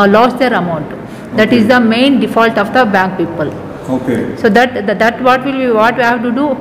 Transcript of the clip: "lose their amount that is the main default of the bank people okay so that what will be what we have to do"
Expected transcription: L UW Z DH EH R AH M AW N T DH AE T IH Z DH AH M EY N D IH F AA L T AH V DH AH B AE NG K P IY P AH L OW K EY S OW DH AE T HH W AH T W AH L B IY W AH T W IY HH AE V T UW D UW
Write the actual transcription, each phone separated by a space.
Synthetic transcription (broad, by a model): L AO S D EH R AH M AW N T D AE T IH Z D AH M EY N D IH F AA L T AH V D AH B AE NG K P IY P AH L OW K EY S OW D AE T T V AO T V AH L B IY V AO T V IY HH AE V T UW D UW